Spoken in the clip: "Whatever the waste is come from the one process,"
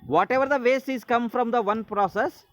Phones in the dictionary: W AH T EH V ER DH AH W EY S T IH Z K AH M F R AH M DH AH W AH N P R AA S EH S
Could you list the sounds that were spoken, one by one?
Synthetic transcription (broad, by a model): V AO T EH V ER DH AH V EY S IH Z K AH M F R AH M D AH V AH N P R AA S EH S